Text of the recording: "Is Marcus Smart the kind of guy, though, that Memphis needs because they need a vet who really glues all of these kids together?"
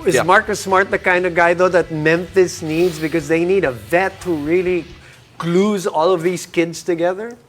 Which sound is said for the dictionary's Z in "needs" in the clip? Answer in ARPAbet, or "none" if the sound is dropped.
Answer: Z